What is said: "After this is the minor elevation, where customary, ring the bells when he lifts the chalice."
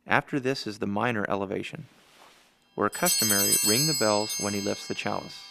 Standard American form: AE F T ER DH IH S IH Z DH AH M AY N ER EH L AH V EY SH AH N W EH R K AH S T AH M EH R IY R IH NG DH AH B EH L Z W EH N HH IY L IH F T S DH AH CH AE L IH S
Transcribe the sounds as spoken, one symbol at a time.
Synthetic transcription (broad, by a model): AE F T ER DH IH S IH Z DH AH M AY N ER EH L AH V EY SH AH N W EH R K AH S T AH M EH R IY R IH NG DH AH B EH L Z W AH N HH IY L IH F T S DH AH CH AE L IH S